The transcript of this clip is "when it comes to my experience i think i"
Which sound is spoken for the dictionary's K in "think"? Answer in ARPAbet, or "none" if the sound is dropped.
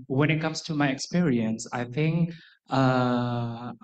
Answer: K